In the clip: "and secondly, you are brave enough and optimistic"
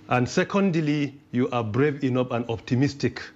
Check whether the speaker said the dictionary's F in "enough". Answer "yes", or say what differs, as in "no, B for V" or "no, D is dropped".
no, P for F